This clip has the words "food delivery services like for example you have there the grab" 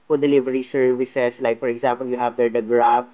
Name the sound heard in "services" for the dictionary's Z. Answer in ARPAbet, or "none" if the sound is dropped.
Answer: S